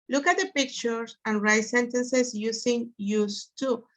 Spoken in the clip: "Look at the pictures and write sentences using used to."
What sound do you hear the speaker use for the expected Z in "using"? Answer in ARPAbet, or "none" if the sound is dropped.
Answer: S